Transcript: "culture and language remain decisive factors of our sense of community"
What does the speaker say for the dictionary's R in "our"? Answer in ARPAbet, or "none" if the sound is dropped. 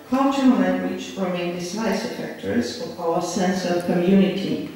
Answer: L